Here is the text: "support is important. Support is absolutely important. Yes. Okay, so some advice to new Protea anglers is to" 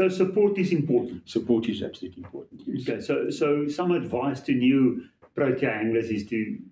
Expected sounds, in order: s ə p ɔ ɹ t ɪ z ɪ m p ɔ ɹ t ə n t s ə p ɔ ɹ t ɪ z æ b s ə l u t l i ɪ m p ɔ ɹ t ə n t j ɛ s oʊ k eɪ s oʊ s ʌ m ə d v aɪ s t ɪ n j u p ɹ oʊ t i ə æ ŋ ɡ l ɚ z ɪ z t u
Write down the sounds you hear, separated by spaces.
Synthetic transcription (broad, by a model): s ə p ɔ ɹ t ɪ z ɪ m p ɔ ɹ t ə n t s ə p ɔ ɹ t ɪ z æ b s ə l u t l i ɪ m p ɔ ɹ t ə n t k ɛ s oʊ ʊ s oʊ s ʌ m ə d v aɪ s t ɪ n j u p ɹ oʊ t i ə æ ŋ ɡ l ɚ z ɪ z t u